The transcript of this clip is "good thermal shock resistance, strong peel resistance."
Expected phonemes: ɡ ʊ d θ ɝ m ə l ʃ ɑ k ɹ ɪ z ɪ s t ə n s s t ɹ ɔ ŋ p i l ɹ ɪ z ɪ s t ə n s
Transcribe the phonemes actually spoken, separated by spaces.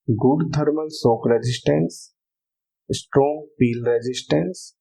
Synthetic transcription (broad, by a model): ɡ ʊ d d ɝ m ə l s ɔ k ɹ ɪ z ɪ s t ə n s s t ɹ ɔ ŋ p i l ɹ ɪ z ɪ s t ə n s